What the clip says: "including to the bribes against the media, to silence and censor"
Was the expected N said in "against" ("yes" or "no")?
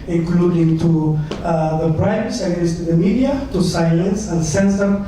no